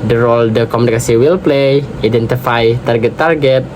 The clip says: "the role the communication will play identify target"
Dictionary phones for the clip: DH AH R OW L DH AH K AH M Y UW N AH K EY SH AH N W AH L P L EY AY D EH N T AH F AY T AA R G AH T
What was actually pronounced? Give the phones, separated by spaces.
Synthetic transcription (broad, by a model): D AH R OW L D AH K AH M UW N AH K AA S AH W AH L P L EY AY D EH N T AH F AY T AA R G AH T